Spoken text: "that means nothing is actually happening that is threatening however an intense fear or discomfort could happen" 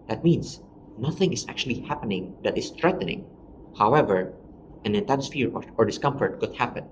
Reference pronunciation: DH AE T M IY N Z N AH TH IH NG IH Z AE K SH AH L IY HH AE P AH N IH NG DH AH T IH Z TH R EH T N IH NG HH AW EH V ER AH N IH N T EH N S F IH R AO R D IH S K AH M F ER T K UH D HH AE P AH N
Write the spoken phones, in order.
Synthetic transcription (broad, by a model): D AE T M IY N S N AH TH IH NG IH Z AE K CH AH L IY HH AE P AH N IH NG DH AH T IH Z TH R EH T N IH NG HH AW EH V ER AH N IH N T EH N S F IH R AO R D IH S K AH M F ER T K UH D HH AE P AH N